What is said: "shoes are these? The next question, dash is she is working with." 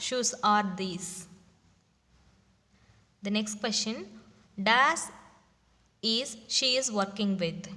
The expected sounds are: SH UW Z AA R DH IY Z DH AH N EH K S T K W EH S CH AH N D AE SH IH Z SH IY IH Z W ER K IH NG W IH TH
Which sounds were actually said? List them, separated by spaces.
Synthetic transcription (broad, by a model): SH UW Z AA R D IY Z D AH N EH K S T K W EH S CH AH N D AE S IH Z SH IY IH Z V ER K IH NG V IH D